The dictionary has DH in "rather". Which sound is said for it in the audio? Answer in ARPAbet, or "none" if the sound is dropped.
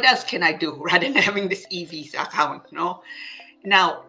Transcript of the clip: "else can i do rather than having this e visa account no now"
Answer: none